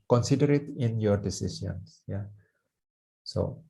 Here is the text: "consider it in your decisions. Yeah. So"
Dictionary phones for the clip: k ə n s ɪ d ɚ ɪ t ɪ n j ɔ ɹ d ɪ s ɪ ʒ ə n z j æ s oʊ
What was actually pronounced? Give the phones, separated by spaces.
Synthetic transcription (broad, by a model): k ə n s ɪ d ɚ ɪ t ɪ n j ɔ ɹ d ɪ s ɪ s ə n s j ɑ s oʊ